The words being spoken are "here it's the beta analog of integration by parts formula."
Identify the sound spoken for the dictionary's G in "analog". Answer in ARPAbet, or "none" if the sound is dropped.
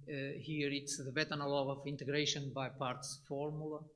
none